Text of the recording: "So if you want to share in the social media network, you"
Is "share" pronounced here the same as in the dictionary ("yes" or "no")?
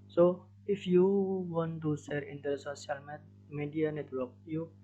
no